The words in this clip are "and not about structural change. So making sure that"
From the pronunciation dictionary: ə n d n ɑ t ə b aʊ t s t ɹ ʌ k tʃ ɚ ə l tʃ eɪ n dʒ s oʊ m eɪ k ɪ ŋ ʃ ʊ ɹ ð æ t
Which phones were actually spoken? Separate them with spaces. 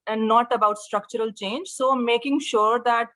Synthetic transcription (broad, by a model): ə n d n ɑ t ə b aʊ t s t ɹ ʌ k tʃ ɚ ə l tʃ eɪ n dʒ s oʊ m eɪ k ɪ ŋ ʃ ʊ ɹ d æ t